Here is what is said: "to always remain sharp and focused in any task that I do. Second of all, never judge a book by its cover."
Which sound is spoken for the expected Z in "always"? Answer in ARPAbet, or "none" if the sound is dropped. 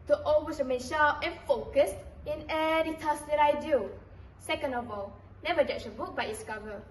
S